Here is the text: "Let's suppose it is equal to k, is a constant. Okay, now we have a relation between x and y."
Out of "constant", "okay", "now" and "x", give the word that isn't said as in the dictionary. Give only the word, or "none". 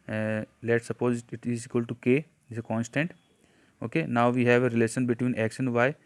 x